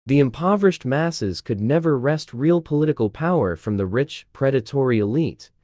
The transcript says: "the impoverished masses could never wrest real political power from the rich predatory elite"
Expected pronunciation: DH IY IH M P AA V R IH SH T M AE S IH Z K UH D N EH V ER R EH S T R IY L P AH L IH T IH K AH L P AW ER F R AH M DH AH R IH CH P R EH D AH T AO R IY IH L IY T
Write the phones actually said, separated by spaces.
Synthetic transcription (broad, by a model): DH IY IH M P AA V R IH SH T M AE S IH Z K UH D N EH V ER R EH S T R IY L P AH L IH T IH K AH L P AW ER F R AH M DH AH R IH CH P R EH D AH T AO R IY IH L IY T